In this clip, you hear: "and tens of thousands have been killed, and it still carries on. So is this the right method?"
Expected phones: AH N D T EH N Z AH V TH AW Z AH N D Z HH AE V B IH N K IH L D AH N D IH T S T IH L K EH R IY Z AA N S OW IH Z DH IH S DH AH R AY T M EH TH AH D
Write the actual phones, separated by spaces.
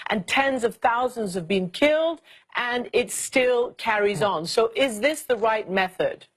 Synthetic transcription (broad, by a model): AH N T EH N Z AH V TH AW Z AH N D Z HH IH V B IH N K IH L D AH N IH T S T IH L K EH R IY Z N S OW IH Z DH IH S DH AH R AY T M EH TH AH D